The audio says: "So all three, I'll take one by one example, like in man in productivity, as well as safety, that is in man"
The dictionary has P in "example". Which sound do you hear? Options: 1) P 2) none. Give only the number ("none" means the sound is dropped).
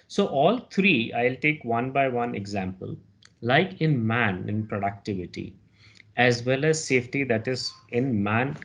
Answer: 1